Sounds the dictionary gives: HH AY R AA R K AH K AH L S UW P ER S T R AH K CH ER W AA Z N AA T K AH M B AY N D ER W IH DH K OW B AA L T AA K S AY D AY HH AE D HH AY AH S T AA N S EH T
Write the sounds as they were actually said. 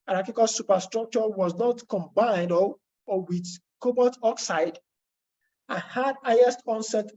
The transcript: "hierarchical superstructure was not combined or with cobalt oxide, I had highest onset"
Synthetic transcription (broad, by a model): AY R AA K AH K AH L S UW P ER S T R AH K CH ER W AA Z N AA T K AH M B AY N D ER W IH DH K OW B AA T AA K S AY D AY HH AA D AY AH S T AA N S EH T